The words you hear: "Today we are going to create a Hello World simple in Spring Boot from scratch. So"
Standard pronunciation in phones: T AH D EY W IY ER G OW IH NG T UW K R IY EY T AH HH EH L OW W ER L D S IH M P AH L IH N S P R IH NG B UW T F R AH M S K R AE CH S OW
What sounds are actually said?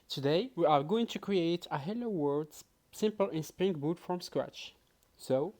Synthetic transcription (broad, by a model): T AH D EY W IY ER G OW IH NG T UW K R IY EY T AH HH EH L OW W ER D S IH M P AH L IH N S P R IH NG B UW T F R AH M S K R AE CH S OW